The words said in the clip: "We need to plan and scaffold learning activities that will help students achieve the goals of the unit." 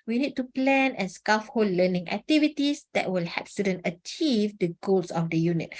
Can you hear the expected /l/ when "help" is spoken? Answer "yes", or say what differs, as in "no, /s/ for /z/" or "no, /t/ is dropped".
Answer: no, /l/ is dropped